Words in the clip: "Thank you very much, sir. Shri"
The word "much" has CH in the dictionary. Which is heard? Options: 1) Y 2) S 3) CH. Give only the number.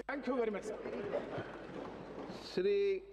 2